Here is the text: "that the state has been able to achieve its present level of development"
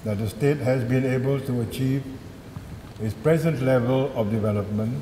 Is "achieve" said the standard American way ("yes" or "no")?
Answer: yes